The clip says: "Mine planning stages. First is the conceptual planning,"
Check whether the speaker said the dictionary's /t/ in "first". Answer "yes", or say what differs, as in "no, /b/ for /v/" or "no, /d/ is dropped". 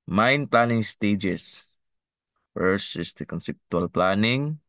no, /t/ is dropped